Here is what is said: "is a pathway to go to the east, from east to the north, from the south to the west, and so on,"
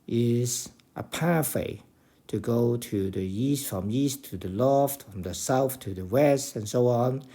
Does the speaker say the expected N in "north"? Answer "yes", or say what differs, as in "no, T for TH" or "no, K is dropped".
no, L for N